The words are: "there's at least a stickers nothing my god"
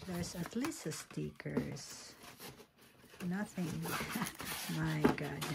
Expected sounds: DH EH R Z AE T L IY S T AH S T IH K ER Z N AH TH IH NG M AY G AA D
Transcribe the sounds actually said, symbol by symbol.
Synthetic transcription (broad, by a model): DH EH R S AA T L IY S AH S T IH K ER S N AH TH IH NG M AY G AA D